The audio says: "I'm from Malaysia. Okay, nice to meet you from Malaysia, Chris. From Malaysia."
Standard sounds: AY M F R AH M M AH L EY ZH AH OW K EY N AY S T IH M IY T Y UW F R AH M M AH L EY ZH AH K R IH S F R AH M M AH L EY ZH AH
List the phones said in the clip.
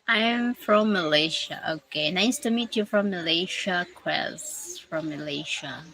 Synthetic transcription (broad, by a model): AY M F R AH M M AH L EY SH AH OW K EY N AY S T IH M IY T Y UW F R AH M M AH L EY SH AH K W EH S F R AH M M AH L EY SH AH